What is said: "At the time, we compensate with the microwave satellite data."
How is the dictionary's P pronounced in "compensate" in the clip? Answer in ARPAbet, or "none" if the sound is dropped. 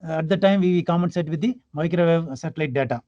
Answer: none